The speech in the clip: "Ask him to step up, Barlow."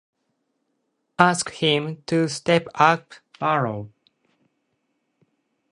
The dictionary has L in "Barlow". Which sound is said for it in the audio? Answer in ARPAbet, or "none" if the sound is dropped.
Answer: none